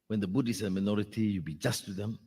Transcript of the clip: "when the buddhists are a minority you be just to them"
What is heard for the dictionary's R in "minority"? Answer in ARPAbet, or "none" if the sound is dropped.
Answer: R